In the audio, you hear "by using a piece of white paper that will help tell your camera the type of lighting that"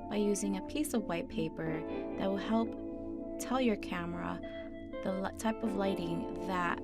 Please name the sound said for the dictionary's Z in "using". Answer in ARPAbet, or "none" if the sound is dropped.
Z